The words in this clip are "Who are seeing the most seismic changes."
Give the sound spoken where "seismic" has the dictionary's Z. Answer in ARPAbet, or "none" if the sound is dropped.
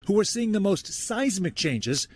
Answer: Z